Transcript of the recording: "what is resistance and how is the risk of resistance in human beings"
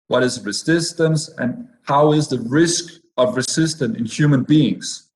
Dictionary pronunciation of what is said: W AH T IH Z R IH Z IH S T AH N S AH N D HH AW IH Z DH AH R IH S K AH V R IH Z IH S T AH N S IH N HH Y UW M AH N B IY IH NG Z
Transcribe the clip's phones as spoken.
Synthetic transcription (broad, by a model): W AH T IH Z R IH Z IH S T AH N S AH N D HH AW IH Z DH AH R IH S K AH V R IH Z IH S T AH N IH N HH Y UW M AH N B IY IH NG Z